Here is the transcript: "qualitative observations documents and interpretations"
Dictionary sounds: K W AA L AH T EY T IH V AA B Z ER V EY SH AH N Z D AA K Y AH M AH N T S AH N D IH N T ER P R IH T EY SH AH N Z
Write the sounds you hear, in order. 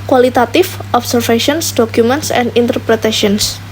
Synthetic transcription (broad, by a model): K W AA L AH T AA T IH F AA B S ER F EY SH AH N S D AA K Y AH M AH N T S AH N D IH N T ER P R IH T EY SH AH N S